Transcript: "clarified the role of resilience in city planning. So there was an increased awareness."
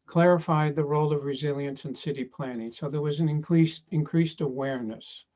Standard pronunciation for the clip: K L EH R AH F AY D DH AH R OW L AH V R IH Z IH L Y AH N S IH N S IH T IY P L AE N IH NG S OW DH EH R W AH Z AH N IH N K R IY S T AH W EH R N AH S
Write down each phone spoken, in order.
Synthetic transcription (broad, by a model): K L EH R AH F AY D DH AH R OW L AH V R IH Z IH L Y AH N S IH N S IH T IY P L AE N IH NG S OW DH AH R W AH Z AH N IH N K R IY S T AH W EH R N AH S